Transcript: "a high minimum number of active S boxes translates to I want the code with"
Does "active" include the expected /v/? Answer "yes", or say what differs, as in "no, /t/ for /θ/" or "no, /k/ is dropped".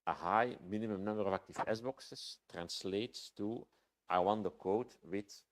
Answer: no, /f/ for /v/